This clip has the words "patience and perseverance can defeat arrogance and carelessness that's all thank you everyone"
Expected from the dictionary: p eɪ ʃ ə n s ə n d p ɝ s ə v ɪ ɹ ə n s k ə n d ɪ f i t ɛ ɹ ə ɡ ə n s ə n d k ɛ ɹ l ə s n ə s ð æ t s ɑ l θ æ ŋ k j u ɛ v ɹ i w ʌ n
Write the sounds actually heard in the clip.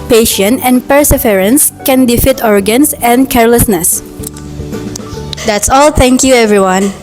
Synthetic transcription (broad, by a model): p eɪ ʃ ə n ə n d p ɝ s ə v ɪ ɹ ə n s k ə n d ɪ f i t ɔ ɹ ɡ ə n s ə n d k ɛ ɹ l ə s n ə s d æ t s ɑ l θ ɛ ŋ k j u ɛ v ɹ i w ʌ n